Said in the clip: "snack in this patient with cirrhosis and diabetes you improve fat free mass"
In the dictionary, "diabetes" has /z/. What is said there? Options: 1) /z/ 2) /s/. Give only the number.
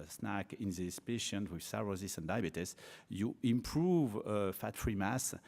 2